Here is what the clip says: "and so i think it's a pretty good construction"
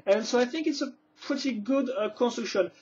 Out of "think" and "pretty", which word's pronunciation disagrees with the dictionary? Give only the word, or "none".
none